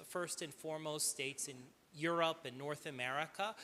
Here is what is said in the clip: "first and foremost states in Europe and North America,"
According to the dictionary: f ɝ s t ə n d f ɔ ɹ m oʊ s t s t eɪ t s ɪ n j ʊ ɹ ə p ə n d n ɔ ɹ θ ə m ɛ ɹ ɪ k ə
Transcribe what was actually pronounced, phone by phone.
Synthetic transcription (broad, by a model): f ɝ s t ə n f ɔ ɹ m oʊ s t s t eɪ t s ɪ n j ʊ ɹ ə p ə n n ɔ ɹ θ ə m ɛ ɹ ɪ k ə